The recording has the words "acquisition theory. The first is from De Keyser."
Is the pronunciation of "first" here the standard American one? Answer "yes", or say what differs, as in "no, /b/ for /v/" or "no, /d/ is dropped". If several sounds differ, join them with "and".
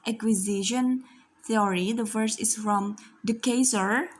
no, /t/ is dropped